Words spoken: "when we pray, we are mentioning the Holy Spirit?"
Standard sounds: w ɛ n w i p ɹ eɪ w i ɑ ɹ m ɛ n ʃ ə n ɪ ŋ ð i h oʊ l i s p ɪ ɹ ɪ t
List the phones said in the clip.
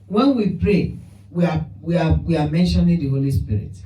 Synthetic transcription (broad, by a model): w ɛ n w i p ɹ eɪ w i ɑ w m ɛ n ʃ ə n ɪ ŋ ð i h oʊ l i s p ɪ ɹ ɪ t